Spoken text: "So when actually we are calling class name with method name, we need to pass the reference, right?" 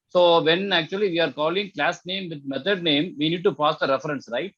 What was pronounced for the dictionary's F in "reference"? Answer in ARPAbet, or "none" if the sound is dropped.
F